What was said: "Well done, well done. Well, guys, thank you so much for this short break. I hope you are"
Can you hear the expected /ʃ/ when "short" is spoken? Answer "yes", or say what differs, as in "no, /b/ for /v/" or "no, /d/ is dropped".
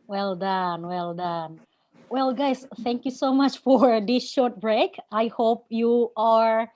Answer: yes